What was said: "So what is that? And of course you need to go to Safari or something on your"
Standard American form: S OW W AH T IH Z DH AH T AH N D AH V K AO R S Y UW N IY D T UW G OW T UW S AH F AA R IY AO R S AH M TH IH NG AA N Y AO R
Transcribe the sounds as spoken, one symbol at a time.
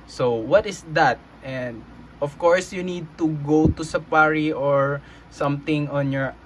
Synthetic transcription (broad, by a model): S OW W AH T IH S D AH T AH N D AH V K AO R S Y UW N IY D T UW G OW T UW S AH P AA R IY AO R S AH M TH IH NG AA N Y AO R